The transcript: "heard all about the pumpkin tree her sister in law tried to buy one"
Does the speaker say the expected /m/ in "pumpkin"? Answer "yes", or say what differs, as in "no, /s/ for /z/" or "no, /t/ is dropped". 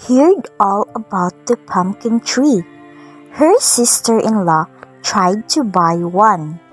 yes